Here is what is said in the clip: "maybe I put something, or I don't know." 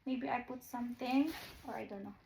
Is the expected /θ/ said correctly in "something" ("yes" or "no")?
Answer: no